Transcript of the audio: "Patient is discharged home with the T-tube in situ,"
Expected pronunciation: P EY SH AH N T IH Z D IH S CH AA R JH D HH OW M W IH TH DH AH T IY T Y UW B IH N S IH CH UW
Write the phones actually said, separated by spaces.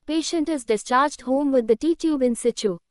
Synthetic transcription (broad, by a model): P EY SH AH N T IH Z D IH S CH AA R JH D HH OW M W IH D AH T IY T Y UW B IH N S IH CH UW